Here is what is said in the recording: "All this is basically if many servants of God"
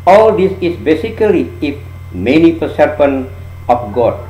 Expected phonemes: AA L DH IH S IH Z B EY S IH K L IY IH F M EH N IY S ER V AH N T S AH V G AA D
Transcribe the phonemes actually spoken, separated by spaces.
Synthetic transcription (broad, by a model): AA L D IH S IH S B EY S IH K L IY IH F M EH N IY S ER P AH N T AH F G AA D